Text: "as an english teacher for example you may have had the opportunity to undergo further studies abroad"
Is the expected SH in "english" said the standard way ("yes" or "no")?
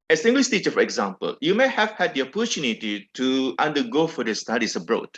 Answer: no